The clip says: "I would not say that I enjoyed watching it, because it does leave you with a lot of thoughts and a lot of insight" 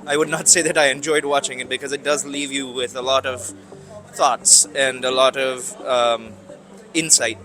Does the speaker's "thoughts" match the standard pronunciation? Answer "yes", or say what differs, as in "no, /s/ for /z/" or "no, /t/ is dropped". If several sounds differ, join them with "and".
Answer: yes